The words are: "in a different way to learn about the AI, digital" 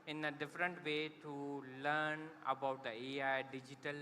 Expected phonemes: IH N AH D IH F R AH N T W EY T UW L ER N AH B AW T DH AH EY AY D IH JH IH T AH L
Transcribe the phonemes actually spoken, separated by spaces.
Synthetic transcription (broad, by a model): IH N AH D IH F R AH N T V EY T UW L ER N AH B AW T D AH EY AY D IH JH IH T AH L